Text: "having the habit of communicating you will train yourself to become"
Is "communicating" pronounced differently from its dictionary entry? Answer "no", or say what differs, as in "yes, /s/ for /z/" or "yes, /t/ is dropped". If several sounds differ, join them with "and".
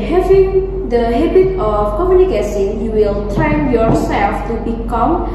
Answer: yes, /s/ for /t/